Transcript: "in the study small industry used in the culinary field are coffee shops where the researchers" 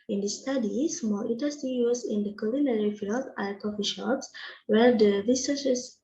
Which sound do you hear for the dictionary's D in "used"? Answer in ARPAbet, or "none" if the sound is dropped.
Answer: none